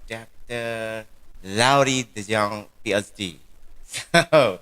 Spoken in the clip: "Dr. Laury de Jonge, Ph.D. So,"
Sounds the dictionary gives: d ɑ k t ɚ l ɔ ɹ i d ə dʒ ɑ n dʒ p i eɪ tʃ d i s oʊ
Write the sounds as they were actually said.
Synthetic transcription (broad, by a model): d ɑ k t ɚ l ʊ ɹ i d ə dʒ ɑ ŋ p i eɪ s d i s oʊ